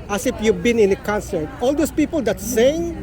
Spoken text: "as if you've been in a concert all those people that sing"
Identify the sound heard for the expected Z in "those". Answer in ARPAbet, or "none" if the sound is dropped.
S